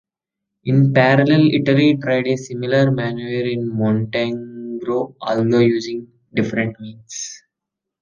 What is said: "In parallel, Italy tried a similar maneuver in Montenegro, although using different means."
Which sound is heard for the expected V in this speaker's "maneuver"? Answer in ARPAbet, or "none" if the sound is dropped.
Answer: none